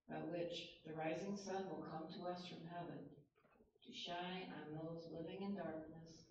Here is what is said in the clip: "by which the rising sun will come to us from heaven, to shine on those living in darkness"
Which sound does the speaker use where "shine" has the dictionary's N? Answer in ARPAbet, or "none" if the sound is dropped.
none